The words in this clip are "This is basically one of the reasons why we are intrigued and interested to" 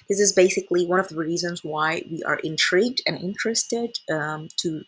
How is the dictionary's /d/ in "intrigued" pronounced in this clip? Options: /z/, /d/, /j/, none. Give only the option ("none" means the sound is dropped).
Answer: /d/